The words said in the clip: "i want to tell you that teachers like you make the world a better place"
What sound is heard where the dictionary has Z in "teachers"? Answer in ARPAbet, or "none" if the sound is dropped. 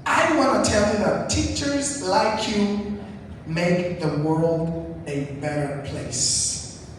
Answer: Z